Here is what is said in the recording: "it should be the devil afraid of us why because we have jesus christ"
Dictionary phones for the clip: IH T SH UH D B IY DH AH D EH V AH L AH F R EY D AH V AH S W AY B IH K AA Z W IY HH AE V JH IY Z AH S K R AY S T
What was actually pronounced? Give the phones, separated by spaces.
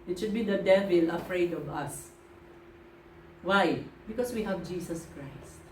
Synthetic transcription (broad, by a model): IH T SH UH D B IY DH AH D EH V AH L AH F R EY D AH V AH S W AY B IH K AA S W IY HH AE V JH IY S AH S K R AY S T